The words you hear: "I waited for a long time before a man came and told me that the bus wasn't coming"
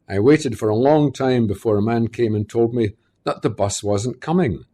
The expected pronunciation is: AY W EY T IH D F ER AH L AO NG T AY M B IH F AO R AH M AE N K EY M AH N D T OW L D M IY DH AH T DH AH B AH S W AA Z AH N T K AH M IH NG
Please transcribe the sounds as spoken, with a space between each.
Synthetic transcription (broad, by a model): AY W EY T IH D F ER AH L AO NG T AY M B IH F AO R AH M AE N K EY M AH N T OW L D M IY DH AH T DH AH B AH S W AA Z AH N K AH M IH NG